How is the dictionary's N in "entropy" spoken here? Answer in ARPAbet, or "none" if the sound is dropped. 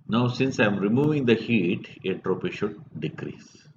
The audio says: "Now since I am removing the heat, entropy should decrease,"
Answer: none